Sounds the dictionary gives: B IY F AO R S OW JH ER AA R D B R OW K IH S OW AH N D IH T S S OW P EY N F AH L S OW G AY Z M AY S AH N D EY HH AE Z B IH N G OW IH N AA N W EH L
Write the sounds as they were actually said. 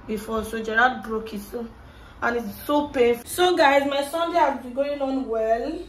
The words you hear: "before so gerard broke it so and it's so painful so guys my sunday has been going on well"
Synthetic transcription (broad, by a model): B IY F AO S OW JH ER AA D B R OW K IH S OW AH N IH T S S OW P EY F S OW G AY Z M AY S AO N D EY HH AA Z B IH G OW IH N AA N W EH L